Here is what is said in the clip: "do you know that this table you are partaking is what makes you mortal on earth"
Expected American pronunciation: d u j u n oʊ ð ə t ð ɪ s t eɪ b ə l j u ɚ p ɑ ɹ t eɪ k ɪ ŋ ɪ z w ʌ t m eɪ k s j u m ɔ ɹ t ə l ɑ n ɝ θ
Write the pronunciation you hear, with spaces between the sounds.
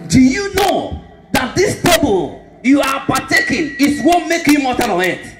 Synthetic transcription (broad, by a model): d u j u n oʊ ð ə t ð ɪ s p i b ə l j u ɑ p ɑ t eɪ k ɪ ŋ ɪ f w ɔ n m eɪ k j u m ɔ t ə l ɑ n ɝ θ